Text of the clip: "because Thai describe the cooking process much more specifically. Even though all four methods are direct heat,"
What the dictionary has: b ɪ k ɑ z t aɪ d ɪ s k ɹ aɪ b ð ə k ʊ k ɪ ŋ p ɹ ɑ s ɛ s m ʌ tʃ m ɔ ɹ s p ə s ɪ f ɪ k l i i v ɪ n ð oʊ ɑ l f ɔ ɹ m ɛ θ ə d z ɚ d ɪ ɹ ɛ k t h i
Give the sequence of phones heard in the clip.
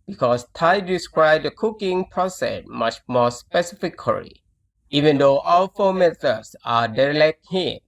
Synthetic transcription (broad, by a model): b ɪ k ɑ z t aɪ d ɪ s k ɹ aɪ b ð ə k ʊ k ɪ ŋ p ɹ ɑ s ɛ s m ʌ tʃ m ɔ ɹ s p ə s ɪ f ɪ k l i i v ɪ n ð oʊ ɑ l f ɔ m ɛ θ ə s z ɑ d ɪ l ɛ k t h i